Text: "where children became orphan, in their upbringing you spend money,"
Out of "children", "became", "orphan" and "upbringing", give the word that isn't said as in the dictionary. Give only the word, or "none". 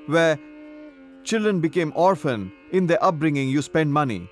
none